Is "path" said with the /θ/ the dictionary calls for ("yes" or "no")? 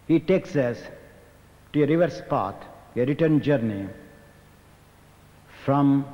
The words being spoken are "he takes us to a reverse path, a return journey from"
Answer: no